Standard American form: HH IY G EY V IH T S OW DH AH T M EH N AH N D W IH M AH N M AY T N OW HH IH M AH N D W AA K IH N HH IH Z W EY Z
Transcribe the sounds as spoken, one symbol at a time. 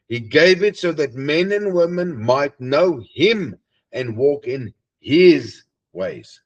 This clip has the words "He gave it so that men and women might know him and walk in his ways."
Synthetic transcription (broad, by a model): HH IY G EY V IH T S OW DH AH T M EH N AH N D W IH M AH N M AY T N OW HH IH M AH N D W AA K IH N HH IH Z W EY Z